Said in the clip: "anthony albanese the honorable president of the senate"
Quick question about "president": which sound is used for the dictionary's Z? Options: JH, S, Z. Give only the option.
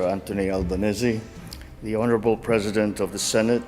Z